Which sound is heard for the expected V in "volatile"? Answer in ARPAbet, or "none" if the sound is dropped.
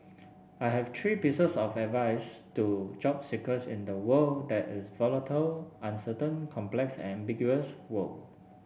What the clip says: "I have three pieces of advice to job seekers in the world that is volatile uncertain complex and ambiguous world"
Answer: V